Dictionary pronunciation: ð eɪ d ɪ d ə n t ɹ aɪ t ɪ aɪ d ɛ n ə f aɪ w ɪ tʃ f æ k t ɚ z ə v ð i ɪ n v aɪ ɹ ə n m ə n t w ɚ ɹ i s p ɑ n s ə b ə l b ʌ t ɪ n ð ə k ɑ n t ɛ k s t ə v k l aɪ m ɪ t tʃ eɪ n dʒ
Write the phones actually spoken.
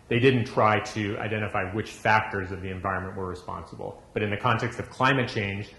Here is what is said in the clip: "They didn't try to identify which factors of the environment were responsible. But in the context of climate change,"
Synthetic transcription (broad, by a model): ð eɪ d ɪ d n t ɹ aɪ t ɪ aɪ d ɛ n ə f aɪ w ɪ tʃ f æ k t ɚ z ə v ð i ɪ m v aɪ ɹ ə n m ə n t w ɚ ɹ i s p ɑ n s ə b l b ʌ t ɪ n ð ə k ɑ n t ɛ k s t ə v k l aɪ m ɪ t tʃ eɪ n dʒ